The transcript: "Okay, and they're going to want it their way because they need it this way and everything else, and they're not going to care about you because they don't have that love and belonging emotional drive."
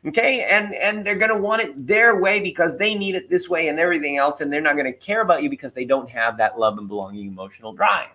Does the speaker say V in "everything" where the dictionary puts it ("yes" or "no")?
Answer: yes